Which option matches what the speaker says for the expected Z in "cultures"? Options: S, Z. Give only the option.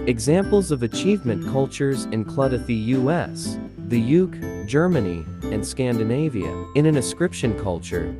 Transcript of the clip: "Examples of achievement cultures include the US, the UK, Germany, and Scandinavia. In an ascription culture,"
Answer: Z